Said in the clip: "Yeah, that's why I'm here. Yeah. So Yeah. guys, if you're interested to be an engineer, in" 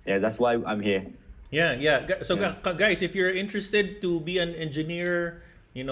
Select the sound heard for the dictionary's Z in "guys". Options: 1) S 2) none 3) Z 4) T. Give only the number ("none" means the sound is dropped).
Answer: 1